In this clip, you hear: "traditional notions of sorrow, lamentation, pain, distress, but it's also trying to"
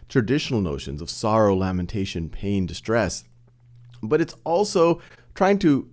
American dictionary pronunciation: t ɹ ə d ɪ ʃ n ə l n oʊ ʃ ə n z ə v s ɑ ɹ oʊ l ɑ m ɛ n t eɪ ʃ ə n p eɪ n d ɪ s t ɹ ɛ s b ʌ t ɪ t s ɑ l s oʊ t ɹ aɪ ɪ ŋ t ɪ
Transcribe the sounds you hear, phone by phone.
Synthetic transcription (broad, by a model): t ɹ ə d ɪ ʃ n l n oʊ ʃ ə n z ə v s ɑ ɹ oʊ l ɑ m ɛ n t eɪ ʃ ə n p eɪ n d ɪ s t ɹ ɛ s b ʌ t ɪ t s ɑ l s oʊ t ɹ aɪ ɪ ŋ t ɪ